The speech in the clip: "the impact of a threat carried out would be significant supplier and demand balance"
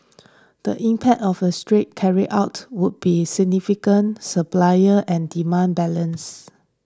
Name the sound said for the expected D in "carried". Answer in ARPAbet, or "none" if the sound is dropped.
none